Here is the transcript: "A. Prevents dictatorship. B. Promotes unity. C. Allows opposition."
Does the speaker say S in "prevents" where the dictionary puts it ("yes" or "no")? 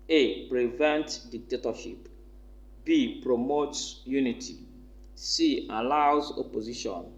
no